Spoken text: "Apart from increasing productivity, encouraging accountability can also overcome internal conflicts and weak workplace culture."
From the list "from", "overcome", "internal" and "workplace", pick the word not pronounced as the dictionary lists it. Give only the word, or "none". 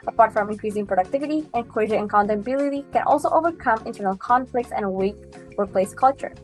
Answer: workplace